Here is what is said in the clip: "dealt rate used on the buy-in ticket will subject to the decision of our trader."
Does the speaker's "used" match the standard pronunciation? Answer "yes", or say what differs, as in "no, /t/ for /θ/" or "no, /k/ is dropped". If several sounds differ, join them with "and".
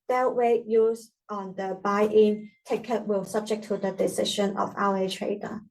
no, /d/ is dropped